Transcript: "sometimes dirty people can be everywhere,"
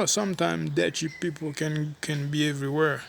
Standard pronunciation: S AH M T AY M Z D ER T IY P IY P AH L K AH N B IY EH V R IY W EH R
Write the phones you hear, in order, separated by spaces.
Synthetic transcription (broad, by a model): S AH M T AY M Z D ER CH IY P IY P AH N K AH N B IY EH V R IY W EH R